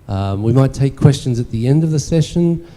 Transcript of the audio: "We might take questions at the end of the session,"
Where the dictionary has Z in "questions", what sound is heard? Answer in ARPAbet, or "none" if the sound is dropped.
Z